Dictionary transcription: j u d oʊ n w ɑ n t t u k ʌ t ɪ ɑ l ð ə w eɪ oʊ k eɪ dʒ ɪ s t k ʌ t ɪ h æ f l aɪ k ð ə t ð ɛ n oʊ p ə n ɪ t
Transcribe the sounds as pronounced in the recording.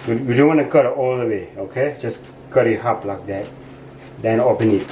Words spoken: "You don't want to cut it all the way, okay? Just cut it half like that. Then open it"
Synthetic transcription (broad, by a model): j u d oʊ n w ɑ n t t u k ʌ t ɑ l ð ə w eɪ oʊ k eɪ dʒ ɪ s k ʌ t ɪ h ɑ p l aɪ k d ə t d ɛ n oʊ p ə n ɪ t